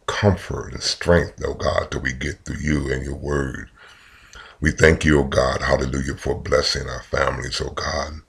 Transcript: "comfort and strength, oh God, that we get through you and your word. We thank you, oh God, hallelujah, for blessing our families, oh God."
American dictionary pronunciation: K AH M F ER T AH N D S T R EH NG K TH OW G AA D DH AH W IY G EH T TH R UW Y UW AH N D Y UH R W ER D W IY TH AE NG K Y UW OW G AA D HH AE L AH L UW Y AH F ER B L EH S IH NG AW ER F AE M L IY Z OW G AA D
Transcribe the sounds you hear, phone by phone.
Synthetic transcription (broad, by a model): K AH M F ER T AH N S T R EH NG K TH OW G AA D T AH W IY G EH T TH UW Y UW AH N Y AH R W ER D W IY TH AE NG K Y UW OW G AA D HH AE L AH L UW Y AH F ER B L EH S IH NG AW ER F AE M L IY Z OW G AA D